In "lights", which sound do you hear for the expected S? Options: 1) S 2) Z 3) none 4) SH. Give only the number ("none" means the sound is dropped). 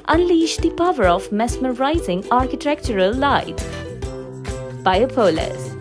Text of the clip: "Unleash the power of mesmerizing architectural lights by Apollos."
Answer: 3